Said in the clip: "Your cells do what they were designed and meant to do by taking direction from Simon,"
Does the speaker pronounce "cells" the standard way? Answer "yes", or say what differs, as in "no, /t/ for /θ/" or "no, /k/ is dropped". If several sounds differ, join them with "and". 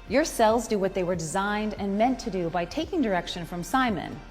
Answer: yes